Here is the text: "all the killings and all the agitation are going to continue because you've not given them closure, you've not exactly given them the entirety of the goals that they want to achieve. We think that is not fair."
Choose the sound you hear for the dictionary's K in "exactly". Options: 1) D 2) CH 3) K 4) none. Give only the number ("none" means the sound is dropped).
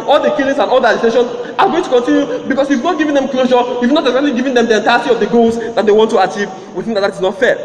4